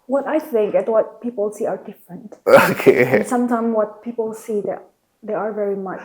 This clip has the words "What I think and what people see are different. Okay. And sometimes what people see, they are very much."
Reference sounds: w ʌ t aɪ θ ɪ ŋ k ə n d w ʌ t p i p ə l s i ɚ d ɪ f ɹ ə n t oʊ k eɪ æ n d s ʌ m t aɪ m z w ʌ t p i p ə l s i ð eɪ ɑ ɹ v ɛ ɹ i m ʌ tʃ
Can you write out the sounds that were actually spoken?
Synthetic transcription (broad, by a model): w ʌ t aɪ θ ɪ ŋ k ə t w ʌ t p i p ə l s i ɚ d ɪ f ɹ ə n t oʊ k eɪ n s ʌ m t aɪ m w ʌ t p i p ə l s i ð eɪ ɑ ɹ v ɛ ɹ i m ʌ tʃ